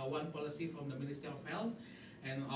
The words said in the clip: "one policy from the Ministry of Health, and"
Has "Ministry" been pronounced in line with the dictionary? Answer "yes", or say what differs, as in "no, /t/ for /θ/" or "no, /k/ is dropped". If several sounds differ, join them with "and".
no, /ɹ/ is dropped